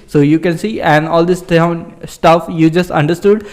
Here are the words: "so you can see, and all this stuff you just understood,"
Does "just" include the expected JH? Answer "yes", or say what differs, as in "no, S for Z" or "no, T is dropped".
yes